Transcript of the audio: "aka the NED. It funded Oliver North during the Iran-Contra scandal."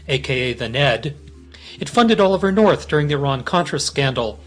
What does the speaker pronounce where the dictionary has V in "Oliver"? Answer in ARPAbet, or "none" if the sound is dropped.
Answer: V